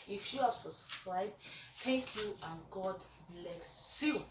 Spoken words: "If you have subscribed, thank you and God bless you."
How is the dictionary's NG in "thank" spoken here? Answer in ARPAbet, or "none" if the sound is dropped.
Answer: none